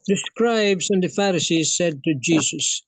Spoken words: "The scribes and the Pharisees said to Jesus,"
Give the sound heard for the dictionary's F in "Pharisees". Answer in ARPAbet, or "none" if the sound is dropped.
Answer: F